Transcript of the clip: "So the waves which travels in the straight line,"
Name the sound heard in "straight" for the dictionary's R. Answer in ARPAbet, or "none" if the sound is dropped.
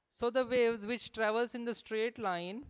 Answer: R